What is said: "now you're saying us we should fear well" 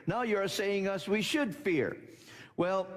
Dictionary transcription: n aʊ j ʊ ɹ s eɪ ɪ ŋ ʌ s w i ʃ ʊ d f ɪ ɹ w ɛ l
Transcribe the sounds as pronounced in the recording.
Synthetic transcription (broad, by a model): n aʊ j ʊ ɹ s eɪ ɪ ŋ ʌ s w i ʃ ʊ d f ɪ ɹ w ɛ l